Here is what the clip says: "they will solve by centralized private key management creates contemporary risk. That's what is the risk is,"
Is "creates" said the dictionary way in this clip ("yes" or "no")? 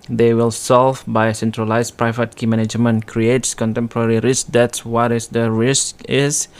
yes